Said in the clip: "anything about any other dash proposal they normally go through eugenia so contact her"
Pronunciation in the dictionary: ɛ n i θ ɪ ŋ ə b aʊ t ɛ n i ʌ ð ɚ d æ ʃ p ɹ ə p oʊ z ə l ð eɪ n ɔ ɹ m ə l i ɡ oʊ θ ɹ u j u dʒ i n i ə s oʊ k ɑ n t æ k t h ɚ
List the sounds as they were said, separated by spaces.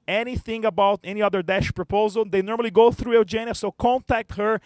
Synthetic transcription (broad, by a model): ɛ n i θ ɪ ŋ ə b aʊ t ɛ n i ʌ ð ɚ d æ ʃ p ɹ ə p oʊ z ə l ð eɪ n ɔ ɹ m ə l i ɡ oʊ θ ɹ u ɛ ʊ dʒ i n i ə s oʊ k ɑ n t æ k t h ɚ